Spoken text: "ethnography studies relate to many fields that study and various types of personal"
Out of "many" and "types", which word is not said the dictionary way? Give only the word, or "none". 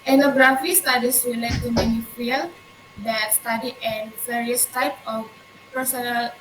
types